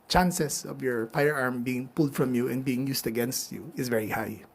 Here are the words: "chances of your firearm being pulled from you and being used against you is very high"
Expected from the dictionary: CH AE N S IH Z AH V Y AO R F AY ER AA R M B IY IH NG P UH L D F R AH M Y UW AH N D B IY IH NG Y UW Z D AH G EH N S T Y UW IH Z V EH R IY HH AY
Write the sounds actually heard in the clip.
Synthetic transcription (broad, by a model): CH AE N S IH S AH V Y AO R F AY ER AA R M B IY IH NG P UH L D F R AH M Y UW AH N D B IY IH NG Y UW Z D AH G EH N S T Y UW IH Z V EH R IY HH AY